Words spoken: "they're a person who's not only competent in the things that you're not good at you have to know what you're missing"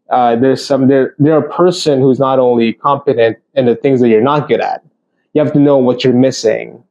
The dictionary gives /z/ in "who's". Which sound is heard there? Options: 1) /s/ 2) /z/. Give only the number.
2